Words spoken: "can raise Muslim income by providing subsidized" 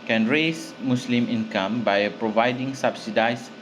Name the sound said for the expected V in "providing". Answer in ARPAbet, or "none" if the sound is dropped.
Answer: V